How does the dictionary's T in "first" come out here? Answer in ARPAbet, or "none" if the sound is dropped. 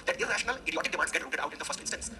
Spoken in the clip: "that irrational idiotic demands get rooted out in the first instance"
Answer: T